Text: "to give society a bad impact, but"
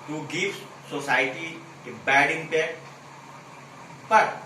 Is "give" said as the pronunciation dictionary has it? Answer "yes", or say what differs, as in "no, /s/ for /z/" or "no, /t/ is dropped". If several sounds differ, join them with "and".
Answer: no, /f/ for /v/